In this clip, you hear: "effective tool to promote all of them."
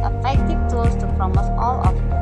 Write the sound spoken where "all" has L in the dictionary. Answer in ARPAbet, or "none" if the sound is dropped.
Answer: L